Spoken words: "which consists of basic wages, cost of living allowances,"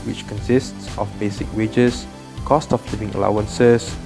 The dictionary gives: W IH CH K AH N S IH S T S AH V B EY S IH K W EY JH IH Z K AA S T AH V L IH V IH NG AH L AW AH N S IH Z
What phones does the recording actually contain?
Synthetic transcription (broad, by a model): W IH CH K AH N S IH S T S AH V B EY S IH K W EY JH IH S K AA S T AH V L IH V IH NG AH L AW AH N S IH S